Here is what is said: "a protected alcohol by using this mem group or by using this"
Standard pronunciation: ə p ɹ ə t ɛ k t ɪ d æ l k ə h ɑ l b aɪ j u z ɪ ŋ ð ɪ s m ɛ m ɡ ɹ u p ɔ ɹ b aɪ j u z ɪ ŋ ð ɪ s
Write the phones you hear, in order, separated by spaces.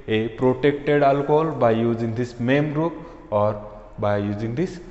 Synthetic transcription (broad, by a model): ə p ɹ ə t ɛ k t ɪ d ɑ l k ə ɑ l b aɪ j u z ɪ ŋ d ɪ s m ɛ m ɹ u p ɔ ɹ b aɪ j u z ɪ ŋ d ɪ s